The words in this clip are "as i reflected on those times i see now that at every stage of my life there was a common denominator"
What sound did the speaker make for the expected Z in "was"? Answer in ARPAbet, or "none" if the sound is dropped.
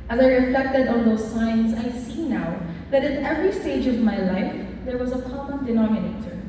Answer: Z